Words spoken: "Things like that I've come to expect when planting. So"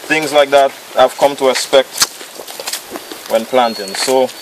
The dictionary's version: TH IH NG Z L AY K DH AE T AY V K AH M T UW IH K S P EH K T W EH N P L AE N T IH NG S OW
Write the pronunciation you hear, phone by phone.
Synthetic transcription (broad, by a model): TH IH NG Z L AY K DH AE T AY V K AH M T UW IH S P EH K T W EH N P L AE N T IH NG S OW